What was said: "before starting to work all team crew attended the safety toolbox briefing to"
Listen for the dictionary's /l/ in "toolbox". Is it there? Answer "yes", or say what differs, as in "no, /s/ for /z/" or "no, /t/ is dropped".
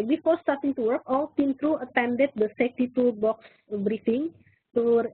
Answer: no, /l/ is dropped